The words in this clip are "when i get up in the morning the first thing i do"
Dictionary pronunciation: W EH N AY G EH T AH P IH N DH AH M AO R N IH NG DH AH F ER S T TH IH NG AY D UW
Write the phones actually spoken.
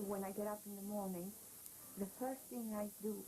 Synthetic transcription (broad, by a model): W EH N AY G EH T AH P IH N DH AH M AO R N IH NG DH AH F ER S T TH IH NG AY D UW